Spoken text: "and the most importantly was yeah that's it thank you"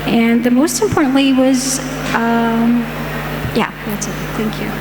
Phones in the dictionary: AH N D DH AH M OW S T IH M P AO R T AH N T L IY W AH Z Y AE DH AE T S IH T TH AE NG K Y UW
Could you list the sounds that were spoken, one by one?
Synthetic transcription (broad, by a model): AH N DH AH M OW S T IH M P AO R T N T L IY W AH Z Y AE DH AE T S IH T TH AE NG K Y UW